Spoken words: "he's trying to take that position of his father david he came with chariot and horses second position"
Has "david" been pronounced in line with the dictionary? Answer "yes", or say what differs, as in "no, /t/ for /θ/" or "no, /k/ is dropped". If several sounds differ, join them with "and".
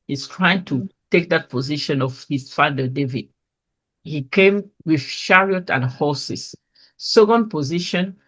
yes